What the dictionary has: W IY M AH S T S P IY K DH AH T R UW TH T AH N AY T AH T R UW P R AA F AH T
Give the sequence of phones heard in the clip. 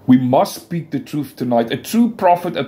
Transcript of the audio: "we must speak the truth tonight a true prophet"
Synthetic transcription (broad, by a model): W IY M AH S T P IY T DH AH T R UW TH T AH N AY T AH T R UW P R AA F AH T